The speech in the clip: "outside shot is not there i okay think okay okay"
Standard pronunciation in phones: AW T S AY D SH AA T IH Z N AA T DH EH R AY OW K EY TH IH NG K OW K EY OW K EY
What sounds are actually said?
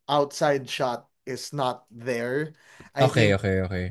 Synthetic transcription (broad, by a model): AW T S AY D SH AA T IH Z N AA T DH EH R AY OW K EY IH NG OW K EY OW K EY